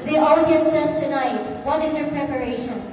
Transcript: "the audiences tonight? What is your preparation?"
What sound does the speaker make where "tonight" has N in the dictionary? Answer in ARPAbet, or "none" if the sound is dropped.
N